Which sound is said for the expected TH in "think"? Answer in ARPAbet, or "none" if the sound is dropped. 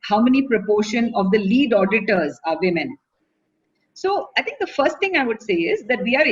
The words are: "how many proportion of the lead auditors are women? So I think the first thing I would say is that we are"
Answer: T